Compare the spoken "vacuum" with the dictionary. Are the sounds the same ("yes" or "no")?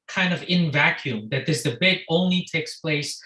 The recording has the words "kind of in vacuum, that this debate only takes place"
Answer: yes